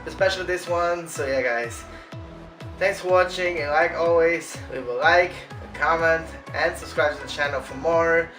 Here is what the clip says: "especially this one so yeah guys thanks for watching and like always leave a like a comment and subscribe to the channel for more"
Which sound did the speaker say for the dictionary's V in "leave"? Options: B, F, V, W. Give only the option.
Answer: W